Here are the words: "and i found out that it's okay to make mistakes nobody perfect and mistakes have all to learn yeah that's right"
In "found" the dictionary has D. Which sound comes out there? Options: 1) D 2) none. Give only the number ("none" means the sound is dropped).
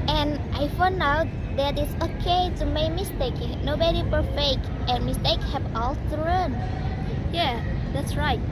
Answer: 2